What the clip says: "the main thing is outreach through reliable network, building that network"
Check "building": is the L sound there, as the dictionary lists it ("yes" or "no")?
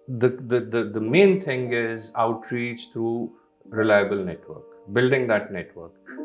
yes